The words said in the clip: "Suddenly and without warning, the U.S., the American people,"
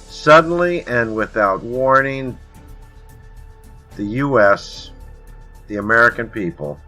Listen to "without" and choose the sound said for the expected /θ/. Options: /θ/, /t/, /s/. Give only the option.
/θ/